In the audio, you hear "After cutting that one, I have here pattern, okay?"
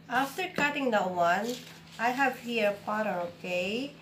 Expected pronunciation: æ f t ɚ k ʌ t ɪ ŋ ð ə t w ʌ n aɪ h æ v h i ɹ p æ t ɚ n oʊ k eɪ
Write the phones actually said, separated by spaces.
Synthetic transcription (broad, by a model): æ f t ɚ k ʌ t ɪ ŋ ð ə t w ʌ n aɪ h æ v h i ɹ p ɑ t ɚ oʊ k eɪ